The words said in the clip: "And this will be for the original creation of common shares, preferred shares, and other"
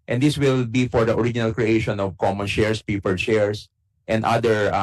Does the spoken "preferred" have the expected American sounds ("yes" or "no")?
no